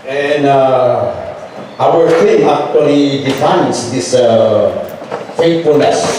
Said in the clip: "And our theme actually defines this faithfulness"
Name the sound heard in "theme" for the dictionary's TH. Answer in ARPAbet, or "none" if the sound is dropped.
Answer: F